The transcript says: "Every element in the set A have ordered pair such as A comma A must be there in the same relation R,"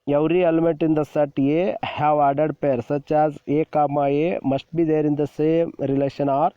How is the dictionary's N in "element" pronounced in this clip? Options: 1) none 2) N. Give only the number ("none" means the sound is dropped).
1